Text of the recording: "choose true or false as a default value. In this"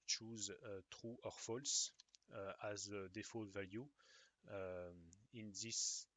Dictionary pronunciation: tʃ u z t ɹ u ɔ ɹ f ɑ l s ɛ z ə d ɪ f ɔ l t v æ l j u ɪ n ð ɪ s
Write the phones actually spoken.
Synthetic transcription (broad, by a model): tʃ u z t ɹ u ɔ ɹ f ɑ l s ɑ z ə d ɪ f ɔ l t v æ l j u ɪ n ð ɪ s